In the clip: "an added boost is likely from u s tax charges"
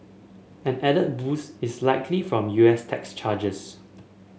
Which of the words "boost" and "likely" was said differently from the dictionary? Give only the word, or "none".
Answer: boost